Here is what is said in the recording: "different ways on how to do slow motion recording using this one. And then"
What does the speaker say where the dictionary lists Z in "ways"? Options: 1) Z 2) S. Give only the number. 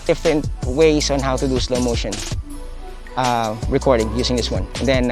2